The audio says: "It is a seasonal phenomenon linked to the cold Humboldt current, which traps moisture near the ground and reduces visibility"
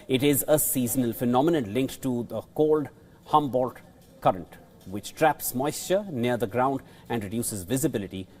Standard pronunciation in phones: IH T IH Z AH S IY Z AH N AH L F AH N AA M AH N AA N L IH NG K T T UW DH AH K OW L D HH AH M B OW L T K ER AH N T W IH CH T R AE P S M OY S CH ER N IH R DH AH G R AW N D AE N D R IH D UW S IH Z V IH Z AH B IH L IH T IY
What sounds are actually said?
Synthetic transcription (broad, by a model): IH T IH Z AH S IY Z AH N AH L F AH N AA M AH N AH N L IH NG K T T UW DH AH K OW L D HH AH M B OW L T K ER AH N T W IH CH T R AE P S M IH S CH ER N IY R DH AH G R AW N D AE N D R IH D UW S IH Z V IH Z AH B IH L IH T IY